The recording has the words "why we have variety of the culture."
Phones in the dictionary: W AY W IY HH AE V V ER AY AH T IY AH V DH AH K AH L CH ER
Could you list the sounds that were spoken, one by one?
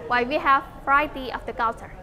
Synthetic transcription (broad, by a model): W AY W IY HH AE V F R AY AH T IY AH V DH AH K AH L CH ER